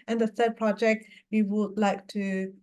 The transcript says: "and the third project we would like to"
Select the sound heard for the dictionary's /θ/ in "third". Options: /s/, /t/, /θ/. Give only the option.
/s/